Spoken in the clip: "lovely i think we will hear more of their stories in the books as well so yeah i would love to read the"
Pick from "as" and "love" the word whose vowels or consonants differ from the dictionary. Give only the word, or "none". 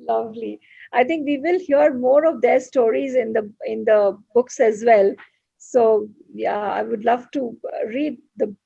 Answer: none